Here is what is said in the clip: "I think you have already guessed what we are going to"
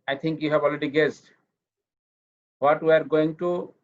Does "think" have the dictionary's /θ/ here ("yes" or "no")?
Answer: no